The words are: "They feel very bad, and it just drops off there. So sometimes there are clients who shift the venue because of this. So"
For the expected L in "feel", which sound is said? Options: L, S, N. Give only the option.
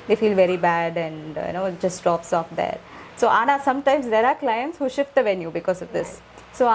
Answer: L